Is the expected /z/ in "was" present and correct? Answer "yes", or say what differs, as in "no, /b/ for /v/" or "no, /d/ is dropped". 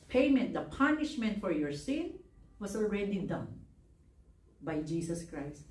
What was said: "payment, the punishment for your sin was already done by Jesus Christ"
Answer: no, /s/ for /z/